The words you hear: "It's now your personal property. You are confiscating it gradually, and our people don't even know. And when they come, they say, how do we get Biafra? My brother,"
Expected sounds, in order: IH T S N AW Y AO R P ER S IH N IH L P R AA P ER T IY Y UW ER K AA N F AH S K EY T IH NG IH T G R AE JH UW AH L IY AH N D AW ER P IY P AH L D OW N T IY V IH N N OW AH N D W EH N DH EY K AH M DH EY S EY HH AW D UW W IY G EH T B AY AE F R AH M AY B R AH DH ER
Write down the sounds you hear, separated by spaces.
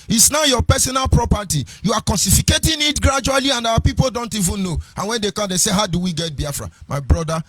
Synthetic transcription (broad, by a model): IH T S N AW Y AO P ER S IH N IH L P R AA P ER T IY Y UW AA K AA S F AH K EY T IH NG IH T G R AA JH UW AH L IY AH N D AW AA P IY P AH L D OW N T IY V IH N N OW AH N W EH N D EY K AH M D EY S EY HH AW D UW W IY G EH T B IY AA F R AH M AY B R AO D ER